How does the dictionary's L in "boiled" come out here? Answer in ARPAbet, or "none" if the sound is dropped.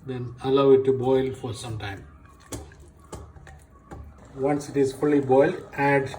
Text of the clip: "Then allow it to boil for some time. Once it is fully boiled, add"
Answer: L